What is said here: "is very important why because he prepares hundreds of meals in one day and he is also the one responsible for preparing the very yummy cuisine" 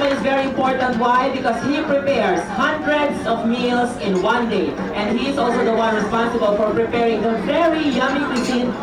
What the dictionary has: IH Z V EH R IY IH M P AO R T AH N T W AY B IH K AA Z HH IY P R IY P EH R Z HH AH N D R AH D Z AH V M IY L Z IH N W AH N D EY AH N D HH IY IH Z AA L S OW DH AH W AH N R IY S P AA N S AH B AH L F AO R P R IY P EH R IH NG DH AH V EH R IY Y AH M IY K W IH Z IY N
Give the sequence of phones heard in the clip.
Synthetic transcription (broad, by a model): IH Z V EH R IY IH M P AO R T AH N T W AY B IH K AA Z HH IY P R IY P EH R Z HH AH N D R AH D S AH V M IY L S IH N W AH N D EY AH N D HH IY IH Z AA L S OW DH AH W AH N R IY S P AA N S AH B AH L F AO R P R IY P EH R IH NG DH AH V EH R IY Y AH M IY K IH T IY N